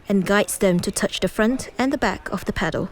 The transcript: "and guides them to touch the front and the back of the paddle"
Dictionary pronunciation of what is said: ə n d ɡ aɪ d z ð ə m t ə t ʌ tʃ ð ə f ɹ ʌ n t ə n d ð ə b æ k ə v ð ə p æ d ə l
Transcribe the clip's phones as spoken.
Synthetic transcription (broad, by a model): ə n ɡ aɪ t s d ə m t ə t ʌ tʃ ð ə f ɹ ʌ n t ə n ð ə b æ k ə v ð ə p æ d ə l